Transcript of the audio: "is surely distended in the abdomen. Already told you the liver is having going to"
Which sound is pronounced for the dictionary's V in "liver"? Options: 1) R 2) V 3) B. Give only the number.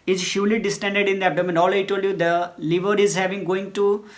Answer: 2